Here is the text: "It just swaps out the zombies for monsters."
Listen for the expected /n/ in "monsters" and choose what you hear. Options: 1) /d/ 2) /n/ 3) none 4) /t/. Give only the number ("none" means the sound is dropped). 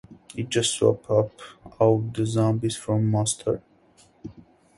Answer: 3